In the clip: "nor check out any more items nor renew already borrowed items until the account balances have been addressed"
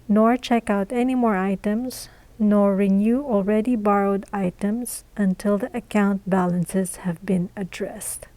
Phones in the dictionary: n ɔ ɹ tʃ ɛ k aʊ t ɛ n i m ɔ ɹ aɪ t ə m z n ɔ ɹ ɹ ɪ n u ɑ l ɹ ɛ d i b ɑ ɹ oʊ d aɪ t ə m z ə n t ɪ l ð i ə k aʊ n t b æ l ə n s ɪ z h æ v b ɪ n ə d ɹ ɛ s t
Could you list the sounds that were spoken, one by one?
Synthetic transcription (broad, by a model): n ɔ ɹ tʃ ɛ k aʊ t ɛ n i m ɔ ɹ aɪ t ə m z n ɔ ɹ ɹ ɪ n u ɑ l ɹ ɛ d i b ɑ ɹ oʊ d aɪ t ə m z ə n t ɪ l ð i ə k aʊ n t b æ l ə n s ɪ z h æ v b ɪ n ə d ɹ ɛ s t